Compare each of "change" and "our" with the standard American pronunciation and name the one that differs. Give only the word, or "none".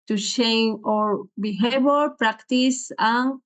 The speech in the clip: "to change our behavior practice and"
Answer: change